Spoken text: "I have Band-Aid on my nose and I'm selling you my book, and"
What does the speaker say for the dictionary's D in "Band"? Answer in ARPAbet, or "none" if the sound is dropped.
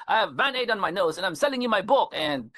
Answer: none